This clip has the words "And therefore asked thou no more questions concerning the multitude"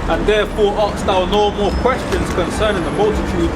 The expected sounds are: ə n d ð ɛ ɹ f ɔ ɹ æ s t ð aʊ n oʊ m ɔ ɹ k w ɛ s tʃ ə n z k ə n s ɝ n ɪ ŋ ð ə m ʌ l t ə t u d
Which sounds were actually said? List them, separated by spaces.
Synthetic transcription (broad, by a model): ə n ð ɛ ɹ f ɔ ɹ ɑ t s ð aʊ n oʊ m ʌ l k w ɛ s tʃ ə n z k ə n s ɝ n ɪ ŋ ð ə m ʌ l t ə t u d